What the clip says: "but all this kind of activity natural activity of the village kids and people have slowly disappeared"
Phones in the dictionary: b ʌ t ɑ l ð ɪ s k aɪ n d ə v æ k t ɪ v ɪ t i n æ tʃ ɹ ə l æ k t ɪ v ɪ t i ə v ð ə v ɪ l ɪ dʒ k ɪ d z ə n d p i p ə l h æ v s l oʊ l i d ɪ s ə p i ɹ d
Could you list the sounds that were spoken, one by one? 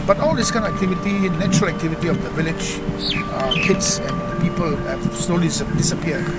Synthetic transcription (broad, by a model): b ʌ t ɑ l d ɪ s k aɪ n ə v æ k t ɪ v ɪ t i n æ tʃ ɹ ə l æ k t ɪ v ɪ t i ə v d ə v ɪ l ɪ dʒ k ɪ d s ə n p i p ə l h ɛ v s l oʊ l i d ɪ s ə p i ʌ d